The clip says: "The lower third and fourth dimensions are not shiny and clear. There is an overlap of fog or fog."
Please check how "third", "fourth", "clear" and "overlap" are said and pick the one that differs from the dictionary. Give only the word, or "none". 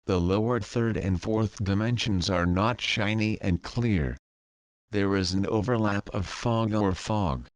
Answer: none